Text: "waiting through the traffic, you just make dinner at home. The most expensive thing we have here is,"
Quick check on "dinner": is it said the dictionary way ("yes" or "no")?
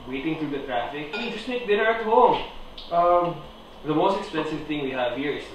no